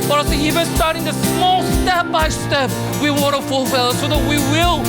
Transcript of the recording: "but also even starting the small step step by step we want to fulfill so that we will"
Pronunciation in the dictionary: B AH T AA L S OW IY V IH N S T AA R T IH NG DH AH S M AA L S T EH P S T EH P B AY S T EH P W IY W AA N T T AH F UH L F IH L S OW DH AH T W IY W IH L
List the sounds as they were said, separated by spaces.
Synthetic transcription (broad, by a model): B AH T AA S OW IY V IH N S T AA R T IH NG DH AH S M AA L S S T EH P B AY S T EH P W IY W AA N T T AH F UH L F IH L S OW DH AH T W IY W IH L